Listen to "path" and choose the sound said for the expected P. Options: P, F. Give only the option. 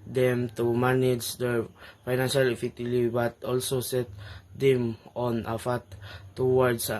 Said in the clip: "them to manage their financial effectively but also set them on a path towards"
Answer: F